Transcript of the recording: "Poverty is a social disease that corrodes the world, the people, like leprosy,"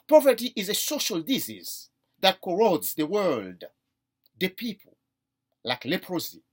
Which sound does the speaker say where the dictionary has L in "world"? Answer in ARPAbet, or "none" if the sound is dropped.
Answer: L